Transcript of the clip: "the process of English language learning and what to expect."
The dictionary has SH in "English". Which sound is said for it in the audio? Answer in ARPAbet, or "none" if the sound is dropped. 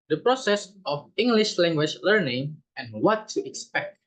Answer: SH